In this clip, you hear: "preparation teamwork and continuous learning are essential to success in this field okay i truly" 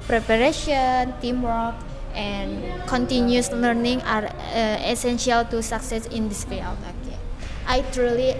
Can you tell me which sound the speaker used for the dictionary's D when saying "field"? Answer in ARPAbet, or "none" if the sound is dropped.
none